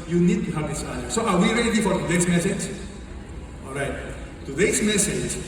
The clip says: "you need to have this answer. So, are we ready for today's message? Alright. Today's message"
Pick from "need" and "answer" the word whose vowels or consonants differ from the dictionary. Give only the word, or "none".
answer